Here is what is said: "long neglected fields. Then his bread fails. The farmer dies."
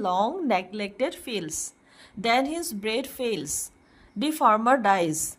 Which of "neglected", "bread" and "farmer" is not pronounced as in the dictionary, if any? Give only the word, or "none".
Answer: none